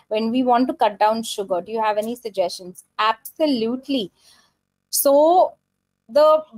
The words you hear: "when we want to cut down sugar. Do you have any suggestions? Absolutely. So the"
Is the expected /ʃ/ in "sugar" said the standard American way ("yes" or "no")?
yes